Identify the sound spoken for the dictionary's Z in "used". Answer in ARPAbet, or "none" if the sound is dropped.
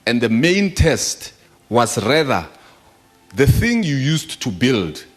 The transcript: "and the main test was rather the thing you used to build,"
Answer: S